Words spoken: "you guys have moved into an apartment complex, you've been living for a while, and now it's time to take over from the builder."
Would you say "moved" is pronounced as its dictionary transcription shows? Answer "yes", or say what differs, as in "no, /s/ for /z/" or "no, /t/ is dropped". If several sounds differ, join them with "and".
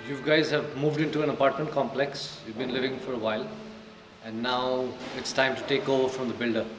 yes